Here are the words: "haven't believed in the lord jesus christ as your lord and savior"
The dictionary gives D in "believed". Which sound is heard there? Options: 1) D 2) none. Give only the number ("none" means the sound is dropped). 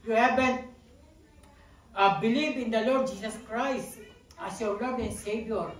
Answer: 2